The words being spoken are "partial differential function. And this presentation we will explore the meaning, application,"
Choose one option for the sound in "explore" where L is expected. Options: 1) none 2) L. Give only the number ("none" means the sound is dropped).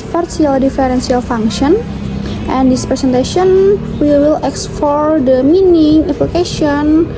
1